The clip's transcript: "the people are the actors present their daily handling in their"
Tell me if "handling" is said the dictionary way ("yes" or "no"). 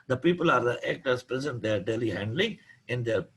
yes